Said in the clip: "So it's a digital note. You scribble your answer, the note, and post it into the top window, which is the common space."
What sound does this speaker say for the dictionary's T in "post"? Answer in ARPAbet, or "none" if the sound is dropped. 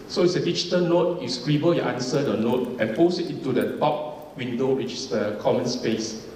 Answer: none